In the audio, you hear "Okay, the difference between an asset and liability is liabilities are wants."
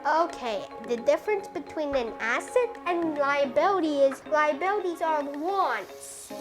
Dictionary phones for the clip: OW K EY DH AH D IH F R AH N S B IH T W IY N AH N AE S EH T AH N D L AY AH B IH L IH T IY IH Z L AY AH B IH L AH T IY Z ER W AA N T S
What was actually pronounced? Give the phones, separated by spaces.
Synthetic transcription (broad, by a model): OW K EY DH AH D IH F R AH N S B IH T W IY N AH N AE S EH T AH N L AY AH B IH L IH T IY IH Z L AY AH B IH L AH T IY Z ER W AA N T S